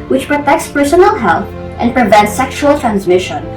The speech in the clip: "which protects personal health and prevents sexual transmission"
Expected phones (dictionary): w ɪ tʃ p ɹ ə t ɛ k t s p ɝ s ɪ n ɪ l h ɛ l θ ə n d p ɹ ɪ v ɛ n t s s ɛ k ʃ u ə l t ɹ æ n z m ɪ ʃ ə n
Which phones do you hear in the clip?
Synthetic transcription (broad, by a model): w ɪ tʃ p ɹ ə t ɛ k t s p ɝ s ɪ n l h ɛ l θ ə n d p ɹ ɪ v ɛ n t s s ɛ k ʃ u ə l t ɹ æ n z m ɪ ʃ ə n